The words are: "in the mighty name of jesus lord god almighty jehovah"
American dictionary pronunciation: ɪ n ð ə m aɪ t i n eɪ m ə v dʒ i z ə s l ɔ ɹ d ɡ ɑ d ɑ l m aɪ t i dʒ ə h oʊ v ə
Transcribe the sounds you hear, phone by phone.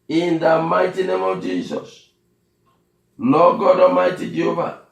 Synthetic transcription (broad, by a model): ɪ n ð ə m aɪ t i n eɪ m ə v dʒ i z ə s n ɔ ɡ ɑ d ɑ m aɪ t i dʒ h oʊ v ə